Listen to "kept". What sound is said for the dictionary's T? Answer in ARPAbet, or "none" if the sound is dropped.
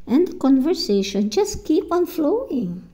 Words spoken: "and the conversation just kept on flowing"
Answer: none